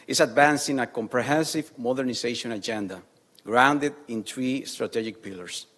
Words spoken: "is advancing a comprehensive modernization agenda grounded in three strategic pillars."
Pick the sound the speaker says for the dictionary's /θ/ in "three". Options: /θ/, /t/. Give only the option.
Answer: /t/